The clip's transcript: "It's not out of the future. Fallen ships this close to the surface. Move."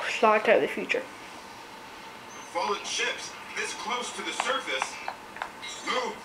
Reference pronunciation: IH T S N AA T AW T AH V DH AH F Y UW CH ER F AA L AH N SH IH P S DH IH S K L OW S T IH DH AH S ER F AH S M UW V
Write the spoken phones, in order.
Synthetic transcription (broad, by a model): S L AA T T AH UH DH AH F Y UW CH ER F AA L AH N SH IH P S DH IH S K L OW S T IH DH AH S ER F AH S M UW